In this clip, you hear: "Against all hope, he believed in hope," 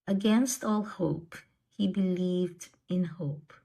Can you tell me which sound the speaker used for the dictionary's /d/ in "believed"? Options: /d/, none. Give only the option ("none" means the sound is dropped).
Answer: /d/